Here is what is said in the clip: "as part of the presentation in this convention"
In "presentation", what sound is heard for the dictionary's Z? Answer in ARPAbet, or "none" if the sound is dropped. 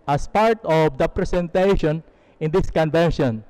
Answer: S